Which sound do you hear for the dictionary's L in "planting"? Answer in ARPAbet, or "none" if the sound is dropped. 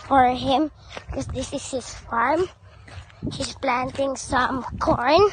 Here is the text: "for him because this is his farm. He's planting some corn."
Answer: L